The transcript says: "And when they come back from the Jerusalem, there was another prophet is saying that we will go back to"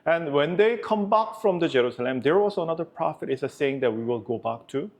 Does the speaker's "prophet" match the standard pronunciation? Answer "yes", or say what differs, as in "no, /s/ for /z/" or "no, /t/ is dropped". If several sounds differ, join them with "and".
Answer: yes